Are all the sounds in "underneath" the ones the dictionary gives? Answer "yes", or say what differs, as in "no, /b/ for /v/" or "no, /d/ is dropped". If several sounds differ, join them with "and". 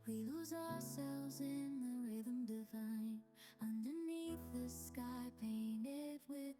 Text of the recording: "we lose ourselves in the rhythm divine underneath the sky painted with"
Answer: yes